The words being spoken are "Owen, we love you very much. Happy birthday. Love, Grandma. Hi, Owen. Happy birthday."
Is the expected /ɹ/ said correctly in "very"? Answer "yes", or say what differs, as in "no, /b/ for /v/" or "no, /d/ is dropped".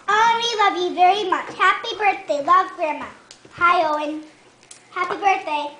yes